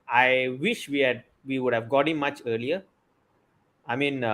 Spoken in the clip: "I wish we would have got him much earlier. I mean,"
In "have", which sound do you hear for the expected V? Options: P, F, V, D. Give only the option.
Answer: V